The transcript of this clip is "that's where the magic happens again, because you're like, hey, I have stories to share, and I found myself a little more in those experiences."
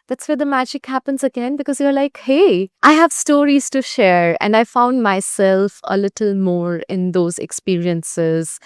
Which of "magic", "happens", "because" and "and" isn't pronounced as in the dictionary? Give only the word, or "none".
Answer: none